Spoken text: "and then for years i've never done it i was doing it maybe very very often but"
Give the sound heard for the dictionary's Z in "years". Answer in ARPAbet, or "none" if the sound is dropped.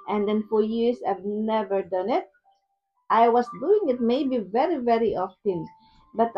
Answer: S